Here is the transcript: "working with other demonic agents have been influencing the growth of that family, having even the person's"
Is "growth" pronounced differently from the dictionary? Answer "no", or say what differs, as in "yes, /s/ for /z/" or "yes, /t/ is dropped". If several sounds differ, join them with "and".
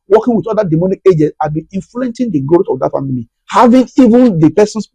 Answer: yes, /ɹ/ is dropped and /t/ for /θ/